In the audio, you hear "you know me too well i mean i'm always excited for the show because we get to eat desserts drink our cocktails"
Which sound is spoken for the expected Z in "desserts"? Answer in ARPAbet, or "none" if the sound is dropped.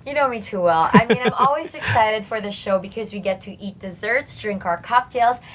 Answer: Z